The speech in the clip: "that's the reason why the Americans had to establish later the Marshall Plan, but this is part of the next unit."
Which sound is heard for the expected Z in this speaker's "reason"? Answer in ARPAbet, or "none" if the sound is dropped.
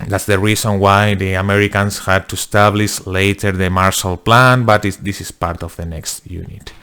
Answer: S